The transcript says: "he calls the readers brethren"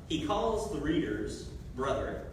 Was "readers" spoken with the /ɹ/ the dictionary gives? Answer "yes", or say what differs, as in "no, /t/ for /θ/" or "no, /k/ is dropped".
yes